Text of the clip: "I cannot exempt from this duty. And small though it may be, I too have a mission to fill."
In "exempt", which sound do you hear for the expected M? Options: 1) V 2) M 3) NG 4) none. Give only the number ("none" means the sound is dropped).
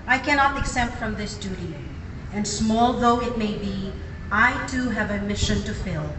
4